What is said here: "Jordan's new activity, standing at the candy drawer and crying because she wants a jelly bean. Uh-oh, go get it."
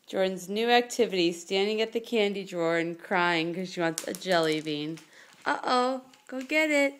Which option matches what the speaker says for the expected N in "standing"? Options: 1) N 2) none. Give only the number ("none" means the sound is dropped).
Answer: 1